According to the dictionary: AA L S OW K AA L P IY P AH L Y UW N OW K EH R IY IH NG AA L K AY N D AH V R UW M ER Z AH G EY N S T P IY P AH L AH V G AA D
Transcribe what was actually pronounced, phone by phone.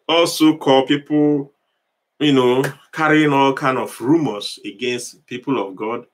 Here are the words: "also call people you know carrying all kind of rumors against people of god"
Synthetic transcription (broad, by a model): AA L S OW K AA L P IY P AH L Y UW N OW K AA R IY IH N AA L K AY N AH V R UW M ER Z AH G EY N S T P IY P AH L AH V G AA D